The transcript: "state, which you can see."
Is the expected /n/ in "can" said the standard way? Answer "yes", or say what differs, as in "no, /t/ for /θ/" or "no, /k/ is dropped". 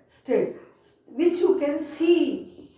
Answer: yes